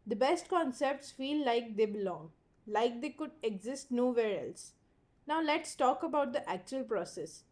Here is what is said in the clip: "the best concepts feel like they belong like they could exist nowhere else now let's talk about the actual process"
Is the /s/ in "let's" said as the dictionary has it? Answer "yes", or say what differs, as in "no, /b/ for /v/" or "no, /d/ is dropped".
yes